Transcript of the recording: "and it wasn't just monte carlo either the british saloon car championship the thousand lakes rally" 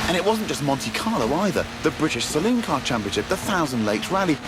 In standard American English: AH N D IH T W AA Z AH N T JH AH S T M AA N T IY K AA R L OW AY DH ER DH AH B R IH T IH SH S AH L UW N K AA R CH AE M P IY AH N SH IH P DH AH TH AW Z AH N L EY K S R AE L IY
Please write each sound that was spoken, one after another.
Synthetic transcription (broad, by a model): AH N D IH T W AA Z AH N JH AH S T M AA N T IY K AA L OW AY DH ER DH AH B R IH T IH SH S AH L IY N K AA CH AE M P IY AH N SH IH P DH AH TH AW Z AH N L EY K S R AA L IY